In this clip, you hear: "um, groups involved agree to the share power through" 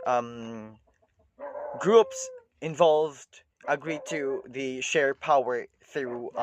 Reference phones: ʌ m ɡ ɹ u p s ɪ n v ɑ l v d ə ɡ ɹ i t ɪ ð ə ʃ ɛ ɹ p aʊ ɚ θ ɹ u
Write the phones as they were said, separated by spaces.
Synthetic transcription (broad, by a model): ɡ ɹ u p s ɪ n v ɑ l v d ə ɡ ɹ i t ɪ ð ə ʃ ɛ ɹ p aʊ ɚ θ ɹ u